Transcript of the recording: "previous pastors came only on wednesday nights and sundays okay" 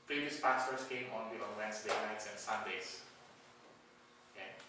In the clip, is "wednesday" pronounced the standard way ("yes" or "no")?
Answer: no